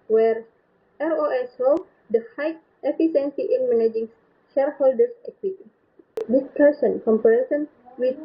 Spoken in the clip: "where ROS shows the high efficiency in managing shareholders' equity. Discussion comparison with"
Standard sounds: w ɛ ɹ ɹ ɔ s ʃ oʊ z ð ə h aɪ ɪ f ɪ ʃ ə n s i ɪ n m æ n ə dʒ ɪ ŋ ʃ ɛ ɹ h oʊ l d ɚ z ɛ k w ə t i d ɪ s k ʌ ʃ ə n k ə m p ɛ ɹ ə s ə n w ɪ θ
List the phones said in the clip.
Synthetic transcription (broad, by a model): w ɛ ɹ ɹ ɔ s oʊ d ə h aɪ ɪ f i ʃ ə n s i ɪ n m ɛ n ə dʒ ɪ ŋ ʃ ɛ ɹ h oʊ l d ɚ s ɛ k w ə t i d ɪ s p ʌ s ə n k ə m p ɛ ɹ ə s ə n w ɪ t